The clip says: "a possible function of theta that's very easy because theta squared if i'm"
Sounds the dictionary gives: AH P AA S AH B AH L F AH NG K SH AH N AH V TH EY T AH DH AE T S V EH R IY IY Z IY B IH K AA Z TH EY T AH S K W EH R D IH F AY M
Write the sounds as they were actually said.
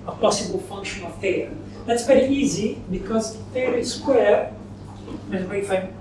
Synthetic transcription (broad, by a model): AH P AA S AH B AH L F AH NG K SH AH N AH V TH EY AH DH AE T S P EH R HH IY Z IY B IH K AA Z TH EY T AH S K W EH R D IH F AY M